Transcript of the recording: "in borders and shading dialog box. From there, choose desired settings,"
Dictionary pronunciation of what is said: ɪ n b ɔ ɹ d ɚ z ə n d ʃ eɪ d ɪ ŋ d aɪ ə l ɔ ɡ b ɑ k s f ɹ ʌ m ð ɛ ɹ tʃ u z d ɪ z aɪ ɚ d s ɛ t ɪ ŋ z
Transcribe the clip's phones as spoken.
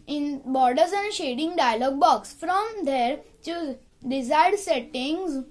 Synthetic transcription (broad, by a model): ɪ n b ɔ ɹ d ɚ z ə n d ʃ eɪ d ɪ ŋ d aɪ ə l ɔ ɡ b ɑ k s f ɹ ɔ m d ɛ ɹ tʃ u d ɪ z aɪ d s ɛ t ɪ ŋ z